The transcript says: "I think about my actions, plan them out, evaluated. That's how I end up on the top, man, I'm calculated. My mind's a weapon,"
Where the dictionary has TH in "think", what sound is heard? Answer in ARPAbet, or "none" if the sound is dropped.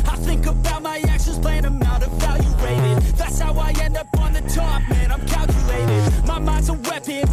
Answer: TH